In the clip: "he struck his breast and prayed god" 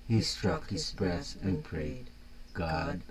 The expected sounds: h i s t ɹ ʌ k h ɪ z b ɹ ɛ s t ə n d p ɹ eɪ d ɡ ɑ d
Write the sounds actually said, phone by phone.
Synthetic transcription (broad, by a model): h i s t ɹ ʌ k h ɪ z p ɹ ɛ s ə n p ɹ eɪ d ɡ ɑ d